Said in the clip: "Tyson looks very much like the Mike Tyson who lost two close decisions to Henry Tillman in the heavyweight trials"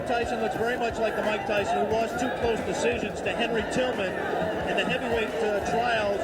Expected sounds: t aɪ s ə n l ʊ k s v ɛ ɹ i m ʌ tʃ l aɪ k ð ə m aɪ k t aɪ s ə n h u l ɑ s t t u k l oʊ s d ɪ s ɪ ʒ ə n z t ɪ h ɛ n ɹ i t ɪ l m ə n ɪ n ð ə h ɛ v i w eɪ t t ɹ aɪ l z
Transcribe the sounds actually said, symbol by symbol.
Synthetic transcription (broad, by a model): t aɪ s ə n l ʊ k s v ɛ ɹ i m ʌ tʃ l aɪ k ð ə m aɪ k t aɪ s ə n h u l ɑ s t t u k l oʊ s d ɪ s ɪ ʒ ə n z t ɪ h ɛ n ɹ i t ɪ l m ə n ɪ n ð ə h ɛ v i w eɪ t t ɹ aɪ l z